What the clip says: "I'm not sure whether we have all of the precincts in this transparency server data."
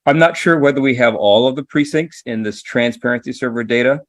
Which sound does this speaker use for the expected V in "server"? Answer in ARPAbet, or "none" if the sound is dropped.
V